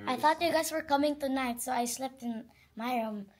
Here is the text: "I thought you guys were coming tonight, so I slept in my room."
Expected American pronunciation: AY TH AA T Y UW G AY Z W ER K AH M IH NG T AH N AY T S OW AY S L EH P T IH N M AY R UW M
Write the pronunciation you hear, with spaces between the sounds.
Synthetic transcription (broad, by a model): AY TH AA T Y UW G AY S W ER K AH M IH NG T AH N AY T S OW AY S L EH P T IH N M AY R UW M